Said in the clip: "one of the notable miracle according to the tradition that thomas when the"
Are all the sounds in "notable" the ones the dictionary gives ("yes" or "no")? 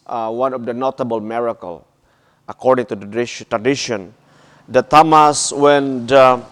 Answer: yes